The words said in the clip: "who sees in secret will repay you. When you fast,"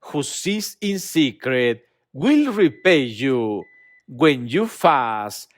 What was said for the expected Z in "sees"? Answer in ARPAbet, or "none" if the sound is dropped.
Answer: S